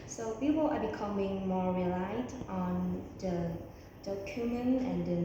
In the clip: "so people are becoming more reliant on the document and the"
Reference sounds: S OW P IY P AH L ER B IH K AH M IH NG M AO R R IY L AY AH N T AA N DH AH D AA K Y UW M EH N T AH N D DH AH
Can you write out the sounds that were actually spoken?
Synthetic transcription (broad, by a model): S OW P IY P AH L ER B IH K AH M IH NG M AO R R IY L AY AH T AA N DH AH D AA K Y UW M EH N AH N D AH